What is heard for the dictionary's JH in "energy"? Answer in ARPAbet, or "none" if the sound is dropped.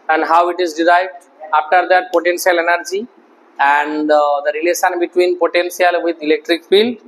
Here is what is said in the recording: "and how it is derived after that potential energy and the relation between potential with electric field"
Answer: JH